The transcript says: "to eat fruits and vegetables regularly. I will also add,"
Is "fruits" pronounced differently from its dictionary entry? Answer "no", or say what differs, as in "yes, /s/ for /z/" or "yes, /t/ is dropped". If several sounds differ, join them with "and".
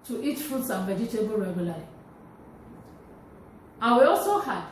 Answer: no